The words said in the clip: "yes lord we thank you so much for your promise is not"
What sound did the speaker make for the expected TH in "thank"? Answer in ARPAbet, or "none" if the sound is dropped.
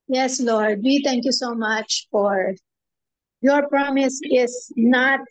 T